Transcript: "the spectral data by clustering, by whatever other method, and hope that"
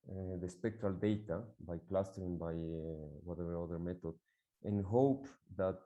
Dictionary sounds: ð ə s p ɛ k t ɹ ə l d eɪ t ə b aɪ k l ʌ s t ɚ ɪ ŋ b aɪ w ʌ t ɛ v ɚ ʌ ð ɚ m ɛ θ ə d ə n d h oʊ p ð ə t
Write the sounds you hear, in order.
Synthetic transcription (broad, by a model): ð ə s p ɛ k t ɹ ə l d eɪ t ə b aɪ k l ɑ s t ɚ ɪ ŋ b aɪ w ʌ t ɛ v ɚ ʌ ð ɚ m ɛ t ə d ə n h oʊ p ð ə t